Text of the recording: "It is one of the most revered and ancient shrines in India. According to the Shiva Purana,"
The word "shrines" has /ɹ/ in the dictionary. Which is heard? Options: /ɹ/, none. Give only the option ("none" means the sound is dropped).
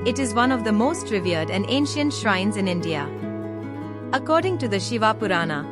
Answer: /ɹ/